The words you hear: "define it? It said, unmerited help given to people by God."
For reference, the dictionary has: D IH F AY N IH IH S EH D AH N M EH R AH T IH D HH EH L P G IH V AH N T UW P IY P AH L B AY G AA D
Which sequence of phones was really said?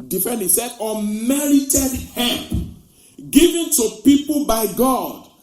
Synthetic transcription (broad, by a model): D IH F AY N IH S EH D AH M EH R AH T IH D HH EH P G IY V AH N T UW P IY P AH L B AY G AA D